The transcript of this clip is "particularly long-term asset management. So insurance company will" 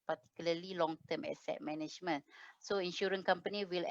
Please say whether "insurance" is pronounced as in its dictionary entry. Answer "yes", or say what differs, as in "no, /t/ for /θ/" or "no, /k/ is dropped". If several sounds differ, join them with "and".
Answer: no, /s/ is dropped